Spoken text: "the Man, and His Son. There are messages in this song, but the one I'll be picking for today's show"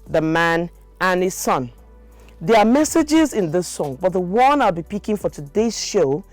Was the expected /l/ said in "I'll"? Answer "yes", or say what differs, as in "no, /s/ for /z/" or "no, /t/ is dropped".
yes